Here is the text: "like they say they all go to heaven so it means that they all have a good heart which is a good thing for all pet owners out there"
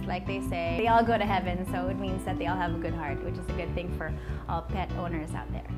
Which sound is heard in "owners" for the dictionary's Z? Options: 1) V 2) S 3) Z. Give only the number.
3